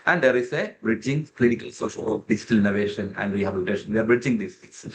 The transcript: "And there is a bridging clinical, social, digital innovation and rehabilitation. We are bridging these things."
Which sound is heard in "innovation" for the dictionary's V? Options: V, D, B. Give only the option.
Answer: V